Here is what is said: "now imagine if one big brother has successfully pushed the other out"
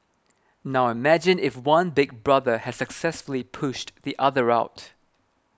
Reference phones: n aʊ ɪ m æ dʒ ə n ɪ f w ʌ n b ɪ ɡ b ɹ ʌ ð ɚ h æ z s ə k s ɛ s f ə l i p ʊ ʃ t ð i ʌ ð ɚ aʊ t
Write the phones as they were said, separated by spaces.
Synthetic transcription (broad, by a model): n aʊ ɪ m æ dʒ ə n ɪ f w ʌ n b ɪ ɡ b ɹ ʌ ð ɚ h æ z s ə k s ɛ s f ə l i p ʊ ʃ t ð i ʌ ð ɚ aʊ t